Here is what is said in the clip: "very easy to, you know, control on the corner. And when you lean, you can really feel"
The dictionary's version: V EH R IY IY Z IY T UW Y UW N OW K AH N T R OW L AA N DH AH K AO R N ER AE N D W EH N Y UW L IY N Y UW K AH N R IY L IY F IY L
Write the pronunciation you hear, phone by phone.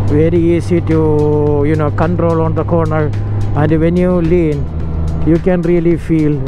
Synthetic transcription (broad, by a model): V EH R IY IY S IY T UW Y UW N OW K AH N T R OW L AA N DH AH K AO R N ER AE N D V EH N Y UW L IY N Y UW K AH N R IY L IY F IY L